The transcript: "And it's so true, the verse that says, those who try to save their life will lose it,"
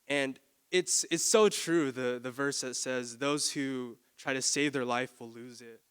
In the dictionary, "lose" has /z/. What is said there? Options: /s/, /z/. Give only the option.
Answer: /z/